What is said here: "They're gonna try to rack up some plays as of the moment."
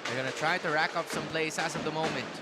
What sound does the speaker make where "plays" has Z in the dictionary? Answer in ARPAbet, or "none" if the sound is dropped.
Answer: S